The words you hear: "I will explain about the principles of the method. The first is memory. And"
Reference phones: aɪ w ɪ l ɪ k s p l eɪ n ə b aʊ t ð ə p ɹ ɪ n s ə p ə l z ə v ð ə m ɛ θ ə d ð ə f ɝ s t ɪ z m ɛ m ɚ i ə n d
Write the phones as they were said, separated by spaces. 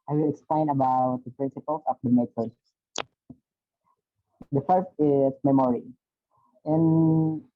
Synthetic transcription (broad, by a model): aɪ w ɪ l ɪ k s p l eɪ n ə b aʊ t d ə p ɹ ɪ n s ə p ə l s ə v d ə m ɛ s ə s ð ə f ɝ s t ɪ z m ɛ m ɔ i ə n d